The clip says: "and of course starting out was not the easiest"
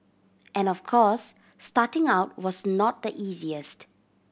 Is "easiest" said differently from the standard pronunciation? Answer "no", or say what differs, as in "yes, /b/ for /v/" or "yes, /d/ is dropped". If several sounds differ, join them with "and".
no